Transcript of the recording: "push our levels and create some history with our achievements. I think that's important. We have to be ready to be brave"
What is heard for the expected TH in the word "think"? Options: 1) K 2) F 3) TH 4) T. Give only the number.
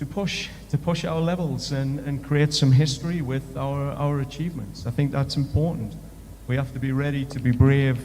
3